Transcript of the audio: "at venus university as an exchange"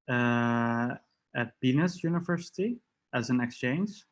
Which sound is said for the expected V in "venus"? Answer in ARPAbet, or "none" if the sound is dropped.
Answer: B